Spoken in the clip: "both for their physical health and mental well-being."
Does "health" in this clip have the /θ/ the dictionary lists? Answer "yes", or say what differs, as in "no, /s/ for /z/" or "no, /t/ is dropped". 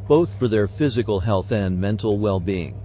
yes